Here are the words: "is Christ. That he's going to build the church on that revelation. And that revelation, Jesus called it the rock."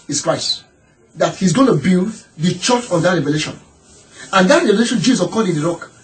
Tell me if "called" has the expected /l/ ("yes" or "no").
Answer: no